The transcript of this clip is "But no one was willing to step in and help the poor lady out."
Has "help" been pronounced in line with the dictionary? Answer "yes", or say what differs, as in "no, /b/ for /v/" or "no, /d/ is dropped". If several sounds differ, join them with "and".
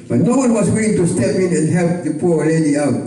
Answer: yes